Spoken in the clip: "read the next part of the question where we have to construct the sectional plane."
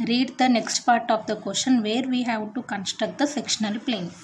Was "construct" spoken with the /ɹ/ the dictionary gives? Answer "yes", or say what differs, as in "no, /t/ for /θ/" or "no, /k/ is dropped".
no, /ɹ/ is dropped